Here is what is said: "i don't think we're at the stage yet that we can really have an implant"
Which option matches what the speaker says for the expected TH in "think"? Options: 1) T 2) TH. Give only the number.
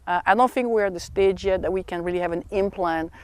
2